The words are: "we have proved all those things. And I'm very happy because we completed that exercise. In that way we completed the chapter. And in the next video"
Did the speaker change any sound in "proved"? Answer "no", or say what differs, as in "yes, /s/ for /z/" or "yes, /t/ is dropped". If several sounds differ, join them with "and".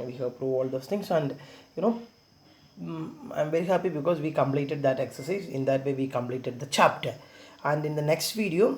yes, /d/ is dropped